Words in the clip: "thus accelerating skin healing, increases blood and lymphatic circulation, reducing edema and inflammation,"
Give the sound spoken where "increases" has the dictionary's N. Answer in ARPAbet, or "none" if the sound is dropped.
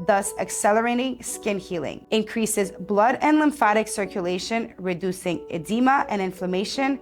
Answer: N